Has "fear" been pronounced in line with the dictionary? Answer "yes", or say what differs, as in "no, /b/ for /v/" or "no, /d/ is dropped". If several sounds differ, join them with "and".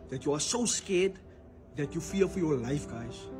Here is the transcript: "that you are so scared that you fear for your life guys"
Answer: no, /l/ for /ɹ/